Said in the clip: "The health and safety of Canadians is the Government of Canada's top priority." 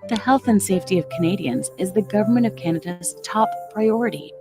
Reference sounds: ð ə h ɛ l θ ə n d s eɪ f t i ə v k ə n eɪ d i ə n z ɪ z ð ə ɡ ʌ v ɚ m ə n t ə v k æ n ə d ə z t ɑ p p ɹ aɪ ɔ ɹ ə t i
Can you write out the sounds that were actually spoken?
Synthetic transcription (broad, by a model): ð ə h ɛ l θ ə n s eɪ f t i ə v k ə n eɪ d i ə n z ɪ z ð ə ɡ ʌ v ɚ m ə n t ə v k æ n ə d ə z t ɑ p p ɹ aɪ ɔ ɹ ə t i